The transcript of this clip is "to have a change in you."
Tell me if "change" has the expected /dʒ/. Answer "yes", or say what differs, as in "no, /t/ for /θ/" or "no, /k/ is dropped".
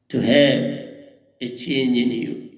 no, /dʒ/ is dropped